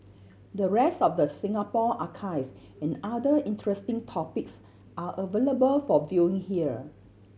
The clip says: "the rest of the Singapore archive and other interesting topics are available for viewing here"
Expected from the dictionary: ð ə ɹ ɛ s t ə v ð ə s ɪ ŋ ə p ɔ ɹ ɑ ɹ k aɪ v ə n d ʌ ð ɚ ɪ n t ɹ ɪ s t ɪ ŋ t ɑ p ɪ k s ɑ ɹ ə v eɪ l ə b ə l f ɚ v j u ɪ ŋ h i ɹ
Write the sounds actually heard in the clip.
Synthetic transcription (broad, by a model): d ə ɹ ɛ s t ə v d ə s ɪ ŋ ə p ɔ ɑ k aɪ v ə n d ʌ i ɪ n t ɹ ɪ s t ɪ ŋ t ɑ p ɪ k s ɑ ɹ ə v eɪ l ə b ə l f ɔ v j u ɪ ŋ h i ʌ